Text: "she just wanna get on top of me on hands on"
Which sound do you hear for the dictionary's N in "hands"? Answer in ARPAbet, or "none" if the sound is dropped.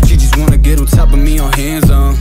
N